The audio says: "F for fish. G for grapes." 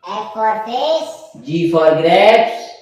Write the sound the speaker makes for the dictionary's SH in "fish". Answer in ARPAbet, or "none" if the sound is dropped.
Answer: S